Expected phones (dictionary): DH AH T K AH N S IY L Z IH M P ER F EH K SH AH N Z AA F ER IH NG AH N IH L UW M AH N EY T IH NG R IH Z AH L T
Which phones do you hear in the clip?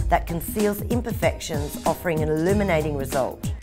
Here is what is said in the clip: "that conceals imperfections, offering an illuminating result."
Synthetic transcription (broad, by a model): DH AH T K AH N S IY L Z IH M P ER F EH K SH AH N Z AA F ER IH NG AH N IH L UW M AH N EY T IH NG R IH Z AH L T